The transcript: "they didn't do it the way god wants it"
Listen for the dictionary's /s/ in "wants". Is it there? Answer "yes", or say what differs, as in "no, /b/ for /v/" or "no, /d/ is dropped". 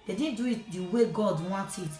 no, /s/ is dropped